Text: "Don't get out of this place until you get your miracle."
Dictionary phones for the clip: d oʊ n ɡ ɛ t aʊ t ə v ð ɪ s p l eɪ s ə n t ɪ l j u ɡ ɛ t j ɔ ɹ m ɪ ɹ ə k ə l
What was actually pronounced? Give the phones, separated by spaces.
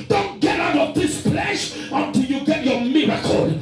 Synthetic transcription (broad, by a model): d oʊ n ɡ ɛ t aʊ t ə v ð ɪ s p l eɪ ʃ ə n t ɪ l j u ɡ ɛ t j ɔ m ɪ ɹ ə k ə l